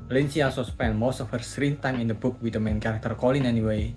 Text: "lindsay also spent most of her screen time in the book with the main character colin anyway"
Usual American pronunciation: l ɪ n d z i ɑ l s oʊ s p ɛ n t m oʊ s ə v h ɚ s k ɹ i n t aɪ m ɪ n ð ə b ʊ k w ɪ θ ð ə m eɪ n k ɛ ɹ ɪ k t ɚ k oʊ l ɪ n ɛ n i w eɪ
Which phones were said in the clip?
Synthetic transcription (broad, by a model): l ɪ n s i ɑ s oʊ s p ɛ n m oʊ s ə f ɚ s ɹ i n t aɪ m ɪ n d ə b ʊ k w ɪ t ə m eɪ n k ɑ ɹ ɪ k t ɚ k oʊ l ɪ n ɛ n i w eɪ